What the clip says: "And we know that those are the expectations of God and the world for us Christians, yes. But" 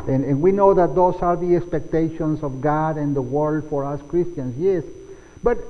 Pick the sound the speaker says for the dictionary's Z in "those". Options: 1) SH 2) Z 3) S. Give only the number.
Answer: 3